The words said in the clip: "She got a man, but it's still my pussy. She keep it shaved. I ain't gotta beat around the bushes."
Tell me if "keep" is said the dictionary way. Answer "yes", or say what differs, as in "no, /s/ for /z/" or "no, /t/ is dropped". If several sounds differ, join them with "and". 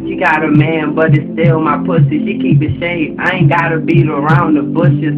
no, /b/ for /p/